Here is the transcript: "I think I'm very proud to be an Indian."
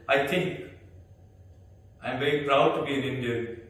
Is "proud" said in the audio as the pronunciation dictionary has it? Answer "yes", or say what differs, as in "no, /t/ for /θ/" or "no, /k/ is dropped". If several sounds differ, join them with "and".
yes